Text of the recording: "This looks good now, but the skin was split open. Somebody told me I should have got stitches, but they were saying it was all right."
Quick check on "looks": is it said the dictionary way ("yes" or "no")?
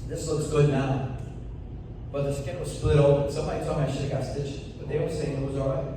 no